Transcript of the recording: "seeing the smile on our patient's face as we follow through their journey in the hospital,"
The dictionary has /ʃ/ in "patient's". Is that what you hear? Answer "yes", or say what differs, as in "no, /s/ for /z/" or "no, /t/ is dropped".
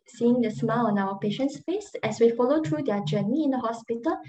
yes